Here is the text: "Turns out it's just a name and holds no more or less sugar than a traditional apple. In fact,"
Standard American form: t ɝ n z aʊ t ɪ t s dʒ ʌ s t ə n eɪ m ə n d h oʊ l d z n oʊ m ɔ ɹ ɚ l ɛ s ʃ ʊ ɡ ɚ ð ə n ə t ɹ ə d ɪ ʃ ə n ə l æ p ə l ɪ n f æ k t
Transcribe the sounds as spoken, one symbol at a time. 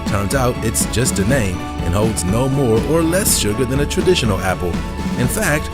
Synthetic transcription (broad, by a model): t ɝ n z aʊ t ɪ t s dʒ ʌ s t ə n eɪ m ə n h oʊ l d z n oʊ m ɔ ɹ ɚ l ɛ s ʃ ʊ ɡ ɚ ð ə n ə t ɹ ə d ɪ ʃ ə n l æ p l ɪ n f æ k t